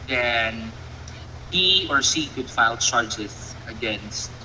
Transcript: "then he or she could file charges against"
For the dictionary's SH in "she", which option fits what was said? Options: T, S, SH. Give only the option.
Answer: S